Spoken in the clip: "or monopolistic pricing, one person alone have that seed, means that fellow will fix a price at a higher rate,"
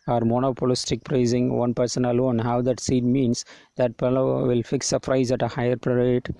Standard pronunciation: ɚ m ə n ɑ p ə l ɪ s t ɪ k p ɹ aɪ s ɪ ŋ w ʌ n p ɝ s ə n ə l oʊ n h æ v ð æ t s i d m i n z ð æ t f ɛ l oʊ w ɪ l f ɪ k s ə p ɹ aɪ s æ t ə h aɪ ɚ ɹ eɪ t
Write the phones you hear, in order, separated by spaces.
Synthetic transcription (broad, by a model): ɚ m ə n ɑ p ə l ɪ s t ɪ k p ɹ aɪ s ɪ ŋ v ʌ n p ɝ s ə n ə l oʊ n h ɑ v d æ t s i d m i n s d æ t p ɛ l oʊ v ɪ l f ɪ k s ə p ɹ aɪ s æ t ə h aɪ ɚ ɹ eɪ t